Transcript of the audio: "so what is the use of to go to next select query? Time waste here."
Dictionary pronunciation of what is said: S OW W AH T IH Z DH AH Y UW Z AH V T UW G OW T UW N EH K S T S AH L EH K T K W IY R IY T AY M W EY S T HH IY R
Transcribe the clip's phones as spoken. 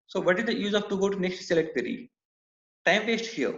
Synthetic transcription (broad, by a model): S OW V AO T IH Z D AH Y UW Z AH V T UW G OW T UW N EH K S T S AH L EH T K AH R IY T AY M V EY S T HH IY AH